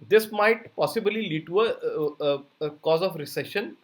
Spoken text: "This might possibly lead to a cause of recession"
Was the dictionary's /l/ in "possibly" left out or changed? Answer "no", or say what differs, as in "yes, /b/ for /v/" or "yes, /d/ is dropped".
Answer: no